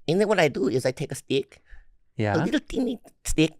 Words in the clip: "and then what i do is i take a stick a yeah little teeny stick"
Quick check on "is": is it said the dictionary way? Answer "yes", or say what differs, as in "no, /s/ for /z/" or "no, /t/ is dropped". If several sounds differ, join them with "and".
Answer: yes